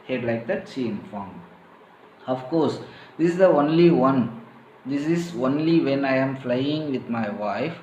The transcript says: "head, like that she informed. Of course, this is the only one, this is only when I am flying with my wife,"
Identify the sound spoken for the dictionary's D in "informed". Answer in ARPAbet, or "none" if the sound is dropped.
none